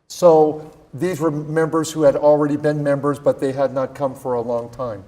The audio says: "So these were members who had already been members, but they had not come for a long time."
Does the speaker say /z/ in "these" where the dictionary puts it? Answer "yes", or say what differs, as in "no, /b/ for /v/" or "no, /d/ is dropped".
yes